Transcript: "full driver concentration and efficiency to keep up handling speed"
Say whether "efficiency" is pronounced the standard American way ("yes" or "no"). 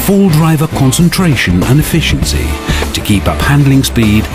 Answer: yes